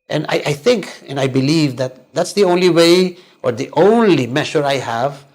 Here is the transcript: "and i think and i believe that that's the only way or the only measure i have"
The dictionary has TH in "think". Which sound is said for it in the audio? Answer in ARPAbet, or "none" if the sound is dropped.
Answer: TH